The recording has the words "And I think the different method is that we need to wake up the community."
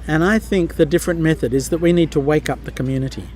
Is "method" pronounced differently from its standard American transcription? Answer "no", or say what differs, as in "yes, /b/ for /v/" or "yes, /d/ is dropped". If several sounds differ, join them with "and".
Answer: no